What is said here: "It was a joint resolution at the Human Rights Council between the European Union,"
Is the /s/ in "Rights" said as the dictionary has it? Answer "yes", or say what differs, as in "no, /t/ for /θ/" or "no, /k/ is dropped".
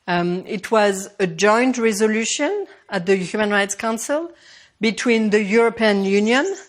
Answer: yes